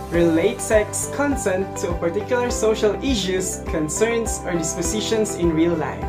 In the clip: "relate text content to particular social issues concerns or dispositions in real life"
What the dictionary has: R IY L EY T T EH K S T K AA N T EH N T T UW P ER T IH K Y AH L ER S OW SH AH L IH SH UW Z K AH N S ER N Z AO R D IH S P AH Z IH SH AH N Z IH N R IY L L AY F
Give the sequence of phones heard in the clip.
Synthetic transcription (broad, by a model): R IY L EY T S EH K S K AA N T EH N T T UW P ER T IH K Y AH L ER S OW SH AH L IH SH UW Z K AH N S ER N S AO R D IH S P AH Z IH SH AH N S IH N R IY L L AY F